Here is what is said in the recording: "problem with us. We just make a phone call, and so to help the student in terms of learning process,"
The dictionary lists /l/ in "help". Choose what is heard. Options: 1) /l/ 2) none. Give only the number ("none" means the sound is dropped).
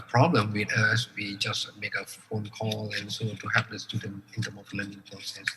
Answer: 2